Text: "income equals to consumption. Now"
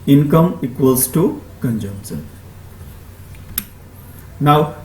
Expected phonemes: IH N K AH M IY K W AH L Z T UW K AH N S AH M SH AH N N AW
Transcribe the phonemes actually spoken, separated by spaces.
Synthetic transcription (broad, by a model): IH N K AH M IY K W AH L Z T UW K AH N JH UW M S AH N N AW